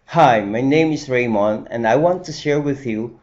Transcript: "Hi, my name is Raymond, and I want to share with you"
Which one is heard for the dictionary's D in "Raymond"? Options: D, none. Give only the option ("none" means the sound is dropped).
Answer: none